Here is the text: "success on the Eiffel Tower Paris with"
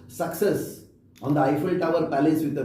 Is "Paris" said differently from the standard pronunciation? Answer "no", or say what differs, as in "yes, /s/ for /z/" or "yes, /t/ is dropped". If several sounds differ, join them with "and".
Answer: yes, /l/ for /ɹ/